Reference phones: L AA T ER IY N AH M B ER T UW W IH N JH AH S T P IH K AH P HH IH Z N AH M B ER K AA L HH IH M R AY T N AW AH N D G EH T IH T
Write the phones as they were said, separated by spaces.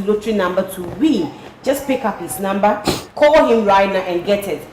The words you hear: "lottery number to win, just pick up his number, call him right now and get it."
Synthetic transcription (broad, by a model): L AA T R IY N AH M B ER T UW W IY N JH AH S P IH K AH P HH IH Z N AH M B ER K AA L HH IH M R AY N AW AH N G EH T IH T